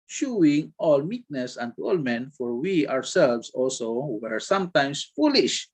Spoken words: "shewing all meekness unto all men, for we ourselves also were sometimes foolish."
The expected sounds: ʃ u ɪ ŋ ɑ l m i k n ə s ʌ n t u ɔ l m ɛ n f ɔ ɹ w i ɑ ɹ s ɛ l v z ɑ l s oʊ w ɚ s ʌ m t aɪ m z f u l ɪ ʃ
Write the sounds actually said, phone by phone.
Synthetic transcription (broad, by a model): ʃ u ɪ ŋ ɑ l m i k n ə s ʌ n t ɔ l m ɛ n f ɔ ɹ w i ɑ w s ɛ l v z ɑ l s oʊ w ɚ s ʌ m t aɪ m s f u l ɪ ʃ